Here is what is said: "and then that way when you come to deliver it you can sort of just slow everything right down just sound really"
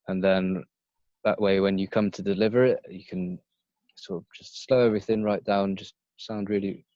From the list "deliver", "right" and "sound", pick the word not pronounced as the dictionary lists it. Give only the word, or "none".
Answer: none